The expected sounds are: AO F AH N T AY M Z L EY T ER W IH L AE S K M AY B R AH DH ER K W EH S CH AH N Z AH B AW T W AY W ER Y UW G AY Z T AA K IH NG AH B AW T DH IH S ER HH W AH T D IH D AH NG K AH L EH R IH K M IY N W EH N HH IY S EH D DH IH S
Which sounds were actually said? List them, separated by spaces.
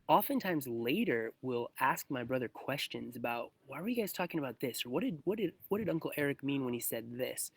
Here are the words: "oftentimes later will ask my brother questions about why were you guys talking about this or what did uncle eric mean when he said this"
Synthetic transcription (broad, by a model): AO F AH N T AY M Z L EY T ER W IH L AE S K M AY B R AH DH ER K W EH S CH AH N Z AH B AW T W AY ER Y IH G AY Z T AA K IH NG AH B AW T DH IH S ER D W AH T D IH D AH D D AH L EH R IH K M IY N W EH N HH IY S EH D DH IH S